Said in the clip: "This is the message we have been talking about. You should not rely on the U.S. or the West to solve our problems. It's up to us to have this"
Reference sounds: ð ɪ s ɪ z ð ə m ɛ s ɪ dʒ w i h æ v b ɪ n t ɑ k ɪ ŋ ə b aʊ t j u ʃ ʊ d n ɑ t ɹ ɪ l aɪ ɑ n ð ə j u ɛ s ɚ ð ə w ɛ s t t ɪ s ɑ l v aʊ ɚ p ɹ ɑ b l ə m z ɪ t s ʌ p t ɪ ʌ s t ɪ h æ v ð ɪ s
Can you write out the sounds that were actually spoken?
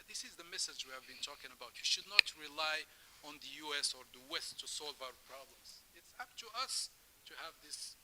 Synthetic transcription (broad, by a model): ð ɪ s ɪ z ð ə m ɛ s ɪ dʒ w i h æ v b ɪ n t ɑ k ɪ ŋ ə b aʊ t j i ʃ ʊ d n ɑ t ɹ ɪ l aɪ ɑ n ð ə j u ɛ s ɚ ð ə w ɛ s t t ɪ s ɑ l v aʊ ɚ p ɹ ɑ b l ə m z ɪ t s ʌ p t ɪ ʌ s t ɪ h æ v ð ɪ s